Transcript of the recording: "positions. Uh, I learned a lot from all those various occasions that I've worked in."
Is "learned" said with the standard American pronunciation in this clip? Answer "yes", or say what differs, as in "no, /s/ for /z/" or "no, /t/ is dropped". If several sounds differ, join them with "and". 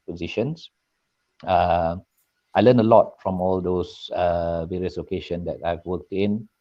no, /d/ is dropped